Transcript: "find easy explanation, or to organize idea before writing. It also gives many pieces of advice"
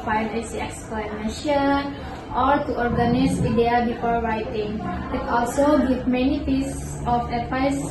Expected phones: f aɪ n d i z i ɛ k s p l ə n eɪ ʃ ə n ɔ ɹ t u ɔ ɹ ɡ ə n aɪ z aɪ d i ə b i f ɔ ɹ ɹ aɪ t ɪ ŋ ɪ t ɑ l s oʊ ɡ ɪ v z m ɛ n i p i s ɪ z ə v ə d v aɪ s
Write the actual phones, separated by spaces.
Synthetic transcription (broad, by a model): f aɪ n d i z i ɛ k s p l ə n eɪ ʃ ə n ɔ ɹ t u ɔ ɹ ɡ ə n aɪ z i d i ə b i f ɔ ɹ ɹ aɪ t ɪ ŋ ɪ t ɑ l s oʊ ɡ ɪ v m ɛ n i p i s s s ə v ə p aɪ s